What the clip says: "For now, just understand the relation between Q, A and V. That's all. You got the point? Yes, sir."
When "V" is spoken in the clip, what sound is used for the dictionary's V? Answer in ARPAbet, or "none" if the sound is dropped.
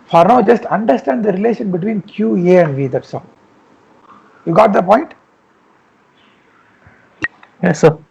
V